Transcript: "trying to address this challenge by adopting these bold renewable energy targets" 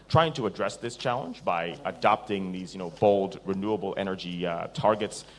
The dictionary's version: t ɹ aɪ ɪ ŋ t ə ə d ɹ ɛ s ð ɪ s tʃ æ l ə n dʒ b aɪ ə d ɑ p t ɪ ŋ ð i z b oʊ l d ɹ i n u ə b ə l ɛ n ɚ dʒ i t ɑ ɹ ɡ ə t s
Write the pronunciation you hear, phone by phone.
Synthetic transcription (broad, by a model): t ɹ aɪ ɪ ŋ t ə ə d ɹ ɛ s ð ɪ s tʃ æ l ə n dʒ b aɪ ə d ɑ p t ɪ ŋ ð i z b oʊ l d ɹ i n u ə b l ɛ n ɚ dʒ i t ɑ ɹ ɡ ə t s